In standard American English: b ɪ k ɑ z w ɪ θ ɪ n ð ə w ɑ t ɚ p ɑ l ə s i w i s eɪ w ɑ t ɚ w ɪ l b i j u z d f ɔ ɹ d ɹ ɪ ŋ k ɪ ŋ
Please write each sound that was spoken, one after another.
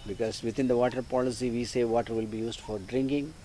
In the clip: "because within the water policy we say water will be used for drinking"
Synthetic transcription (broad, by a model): b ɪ k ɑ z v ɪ t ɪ n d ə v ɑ t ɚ p ɑ l ə s i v i s eɪ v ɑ t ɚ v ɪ l b i j u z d f ɔ ɹ d ɹ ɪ ŋ k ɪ ŋ